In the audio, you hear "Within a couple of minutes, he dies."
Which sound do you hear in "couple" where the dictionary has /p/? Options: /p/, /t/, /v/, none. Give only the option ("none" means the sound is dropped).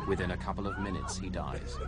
/p/